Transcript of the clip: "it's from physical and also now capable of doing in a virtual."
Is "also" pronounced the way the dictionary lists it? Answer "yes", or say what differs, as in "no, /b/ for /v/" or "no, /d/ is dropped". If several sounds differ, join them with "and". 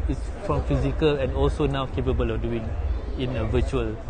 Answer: yes